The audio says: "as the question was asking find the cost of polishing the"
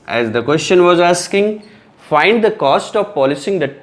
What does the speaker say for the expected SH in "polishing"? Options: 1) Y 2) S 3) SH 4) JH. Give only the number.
2